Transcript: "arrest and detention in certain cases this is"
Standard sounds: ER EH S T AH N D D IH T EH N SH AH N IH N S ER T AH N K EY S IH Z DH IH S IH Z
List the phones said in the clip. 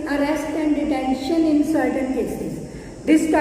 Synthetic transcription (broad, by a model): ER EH S T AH N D D IH T EH N SH AH N IH N S ER T AH N K EY S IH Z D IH S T